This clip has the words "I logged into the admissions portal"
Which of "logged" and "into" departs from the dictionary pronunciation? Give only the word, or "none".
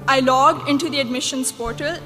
logged